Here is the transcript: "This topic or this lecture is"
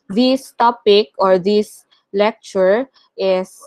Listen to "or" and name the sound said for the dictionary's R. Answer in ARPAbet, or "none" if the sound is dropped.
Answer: R